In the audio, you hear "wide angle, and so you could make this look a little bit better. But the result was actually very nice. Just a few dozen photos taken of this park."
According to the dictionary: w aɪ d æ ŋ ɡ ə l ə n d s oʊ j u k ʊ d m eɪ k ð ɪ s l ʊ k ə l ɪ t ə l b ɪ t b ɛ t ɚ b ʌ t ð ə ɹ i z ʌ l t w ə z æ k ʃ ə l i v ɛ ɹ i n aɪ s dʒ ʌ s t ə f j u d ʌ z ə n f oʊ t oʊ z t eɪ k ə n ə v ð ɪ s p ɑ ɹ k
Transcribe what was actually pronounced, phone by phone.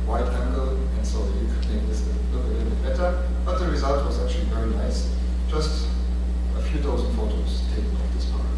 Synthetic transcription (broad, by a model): w aɪ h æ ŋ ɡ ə l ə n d s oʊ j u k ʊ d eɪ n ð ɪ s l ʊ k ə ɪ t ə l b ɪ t b ɛ t ɚ b ʌ t ð ə ɹ i z ʌ l t w ə z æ k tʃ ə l i v ɛ ɹ i n aɪ s dʒ ʌ s t ə f j u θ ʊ z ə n f oʊ t oʊ z t eɪ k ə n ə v ð ɪ s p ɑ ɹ